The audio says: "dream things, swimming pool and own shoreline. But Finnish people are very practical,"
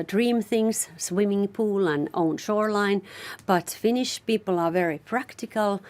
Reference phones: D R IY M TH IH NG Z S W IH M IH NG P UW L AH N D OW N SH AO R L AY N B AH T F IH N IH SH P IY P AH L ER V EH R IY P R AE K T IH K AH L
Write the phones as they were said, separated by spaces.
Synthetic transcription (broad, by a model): D R IY M TH IH NG Z S W IH M IH NG P UW L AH N OW N SH AO R L AY N B AH T F IH N IH SH P IY P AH L ER V EH R IY P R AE K T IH K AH L